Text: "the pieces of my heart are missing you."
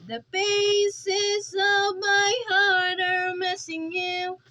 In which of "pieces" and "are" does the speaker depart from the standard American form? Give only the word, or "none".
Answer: pieces